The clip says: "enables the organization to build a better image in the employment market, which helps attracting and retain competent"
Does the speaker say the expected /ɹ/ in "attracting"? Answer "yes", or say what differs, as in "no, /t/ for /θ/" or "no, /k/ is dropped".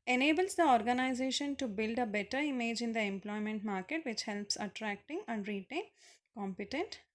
yes